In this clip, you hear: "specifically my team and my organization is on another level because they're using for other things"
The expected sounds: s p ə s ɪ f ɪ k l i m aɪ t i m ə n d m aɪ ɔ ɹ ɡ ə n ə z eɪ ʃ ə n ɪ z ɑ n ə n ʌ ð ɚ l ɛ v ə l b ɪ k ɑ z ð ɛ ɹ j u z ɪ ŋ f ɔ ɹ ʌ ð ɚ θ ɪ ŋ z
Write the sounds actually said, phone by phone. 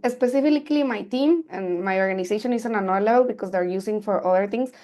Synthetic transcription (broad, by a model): s p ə s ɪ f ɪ k l i m aɪ t i m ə n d m aɪ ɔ ɹ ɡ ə n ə s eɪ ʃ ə n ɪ s ɑ n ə n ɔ l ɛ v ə l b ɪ k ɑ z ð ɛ ɹ j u s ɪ ŋ f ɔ ɹ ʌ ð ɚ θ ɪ ŋ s